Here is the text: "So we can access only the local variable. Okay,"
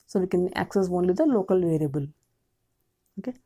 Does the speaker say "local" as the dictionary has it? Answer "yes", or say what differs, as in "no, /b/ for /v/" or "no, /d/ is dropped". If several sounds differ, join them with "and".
yes